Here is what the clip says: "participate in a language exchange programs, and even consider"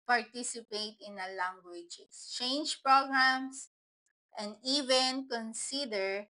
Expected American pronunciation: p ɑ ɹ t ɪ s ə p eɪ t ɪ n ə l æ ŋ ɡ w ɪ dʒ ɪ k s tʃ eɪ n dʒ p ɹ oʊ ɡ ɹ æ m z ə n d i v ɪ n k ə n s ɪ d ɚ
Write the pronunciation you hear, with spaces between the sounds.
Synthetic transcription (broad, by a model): p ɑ ɹ t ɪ s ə p eɪ t ɪ n ə l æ ŋ ɡ w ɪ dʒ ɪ s tʃ eɪ n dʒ p ɹ oʊ ɡ ɹ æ m s ə n d i v ɪ n k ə n s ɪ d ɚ